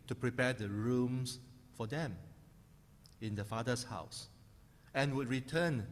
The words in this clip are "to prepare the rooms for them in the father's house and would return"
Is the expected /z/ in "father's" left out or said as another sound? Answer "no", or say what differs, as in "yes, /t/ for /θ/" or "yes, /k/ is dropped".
yes, /s/ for /z/